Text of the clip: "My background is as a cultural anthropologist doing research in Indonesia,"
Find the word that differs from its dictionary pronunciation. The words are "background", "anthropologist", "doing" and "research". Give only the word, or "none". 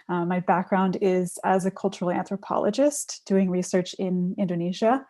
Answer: none